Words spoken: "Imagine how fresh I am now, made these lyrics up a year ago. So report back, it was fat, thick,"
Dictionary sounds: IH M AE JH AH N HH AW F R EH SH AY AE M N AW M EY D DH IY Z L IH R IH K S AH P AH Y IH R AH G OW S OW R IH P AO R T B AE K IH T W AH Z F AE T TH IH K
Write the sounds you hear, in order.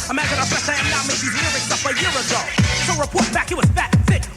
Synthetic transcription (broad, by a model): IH M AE JH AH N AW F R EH S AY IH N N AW M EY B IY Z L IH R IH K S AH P AH Y IH R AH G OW S OW R IH P AO R T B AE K IH T W AH Z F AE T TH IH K